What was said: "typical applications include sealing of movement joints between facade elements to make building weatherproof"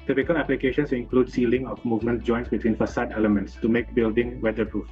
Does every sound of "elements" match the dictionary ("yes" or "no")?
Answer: yes